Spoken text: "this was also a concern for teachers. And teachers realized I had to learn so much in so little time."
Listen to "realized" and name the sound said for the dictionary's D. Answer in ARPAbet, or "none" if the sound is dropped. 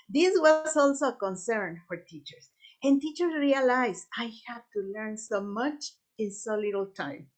none